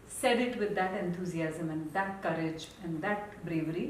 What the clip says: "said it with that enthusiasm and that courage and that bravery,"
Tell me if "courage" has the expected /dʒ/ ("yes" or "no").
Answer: yes